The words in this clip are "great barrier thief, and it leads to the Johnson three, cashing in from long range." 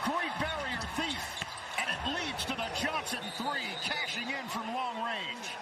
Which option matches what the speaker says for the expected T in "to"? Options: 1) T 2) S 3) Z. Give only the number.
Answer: 1